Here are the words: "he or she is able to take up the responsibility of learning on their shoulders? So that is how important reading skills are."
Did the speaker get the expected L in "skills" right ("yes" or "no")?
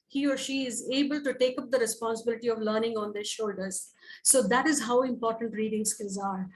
no